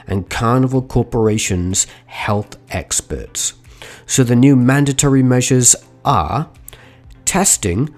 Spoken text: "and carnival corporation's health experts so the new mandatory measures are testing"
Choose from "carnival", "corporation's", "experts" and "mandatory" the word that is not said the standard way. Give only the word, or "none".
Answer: none